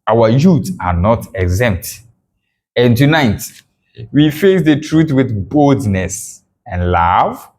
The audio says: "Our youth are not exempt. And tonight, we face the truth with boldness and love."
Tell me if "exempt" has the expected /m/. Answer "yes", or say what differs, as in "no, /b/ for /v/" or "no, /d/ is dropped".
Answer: yes